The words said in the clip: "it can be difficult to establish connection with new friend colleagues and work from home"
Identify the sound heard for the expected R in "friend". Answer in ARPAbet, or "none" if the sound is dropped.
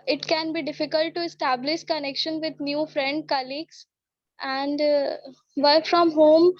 R